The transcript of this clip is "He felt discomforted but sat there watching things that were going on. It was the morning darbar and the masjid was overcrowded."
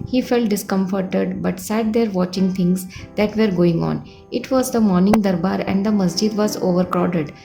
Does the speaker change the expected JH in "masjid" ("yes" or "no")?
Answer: no